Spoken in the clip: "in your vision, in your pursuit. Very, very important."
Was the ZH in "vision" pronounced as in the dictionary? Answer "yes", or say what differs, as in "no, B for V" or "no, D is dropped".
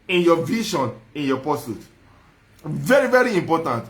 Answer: no, SH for ZH